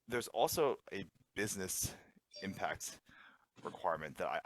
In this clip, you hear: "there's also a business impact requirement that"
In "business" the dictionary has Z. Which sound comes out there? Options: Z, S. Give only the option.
Z